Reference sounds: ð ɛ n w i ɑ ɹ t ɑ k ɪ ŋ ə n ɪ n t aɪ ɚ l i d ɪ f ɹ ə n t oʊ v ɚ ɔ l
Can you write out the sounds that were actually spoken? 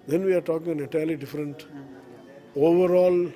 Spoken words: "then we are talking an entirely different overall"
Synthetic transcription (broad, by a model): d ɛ n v i ɑ ɹ t ɑ k ɪ ŋ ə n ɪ t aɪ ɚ l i d ɪ f ɹ ə n t oʊ v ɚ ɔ l